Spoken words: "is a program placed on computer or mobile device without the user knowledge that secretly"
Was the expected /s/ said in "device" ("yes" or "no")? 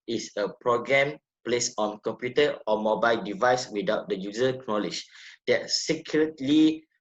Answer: yes